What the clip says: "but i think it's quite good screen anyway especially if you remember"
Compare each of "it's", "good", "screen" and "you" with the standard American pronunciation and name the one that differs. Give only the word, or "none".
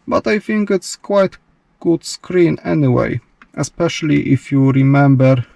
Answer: none